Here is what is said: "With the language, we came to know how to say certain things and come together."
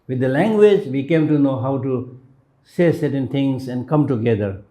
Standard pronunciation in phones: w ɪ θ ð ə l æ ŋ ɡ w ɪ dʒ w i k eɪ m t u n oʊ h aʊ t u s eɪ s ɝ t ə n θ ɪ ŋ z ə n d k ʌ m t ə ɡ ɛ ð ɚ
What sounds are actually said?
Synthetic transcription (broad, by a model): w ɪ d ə l æ ŋ ɡ w ɪ dʒ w i k eɪ m t u n oʊ h aʊ t u s eɪ s ɝ t ə n t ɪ ŋ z ə n d k ʌ m t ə ɡ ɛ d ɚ